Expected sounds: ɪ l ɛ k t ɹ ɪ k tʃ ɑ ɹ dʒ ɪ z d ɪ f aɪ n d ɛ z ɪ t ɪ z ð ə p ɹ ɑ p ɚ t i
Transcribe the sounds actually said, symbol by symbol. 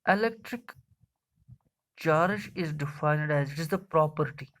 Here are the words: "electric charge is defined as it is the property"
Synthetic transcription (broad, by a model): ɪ l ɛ k t ɹ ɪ k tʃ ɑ ɹ ʃ ɪ z d ɪ f aɪ n d ɛ z ɪ t ɪ z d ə p ɹ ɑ p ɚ t i